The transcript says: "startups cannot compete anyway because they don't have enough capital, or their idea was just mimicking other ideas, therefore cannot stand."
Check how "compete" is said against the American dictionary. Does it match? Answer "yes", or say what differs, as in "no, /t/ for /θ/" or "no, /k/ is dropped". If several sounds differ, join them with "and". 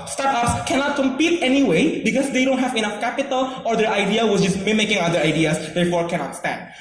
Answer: yes